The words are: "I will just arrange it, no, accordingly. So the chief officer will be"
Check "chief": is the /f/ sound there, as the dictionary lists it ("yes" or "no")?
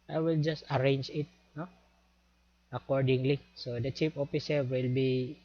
no